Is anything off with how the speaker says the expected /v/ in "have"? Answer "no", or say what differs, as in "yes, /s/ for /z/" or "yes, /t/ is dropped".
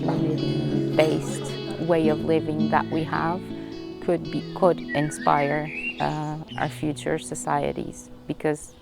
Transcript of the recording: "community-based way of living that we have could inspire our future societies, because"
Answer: yes, /b/ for /v/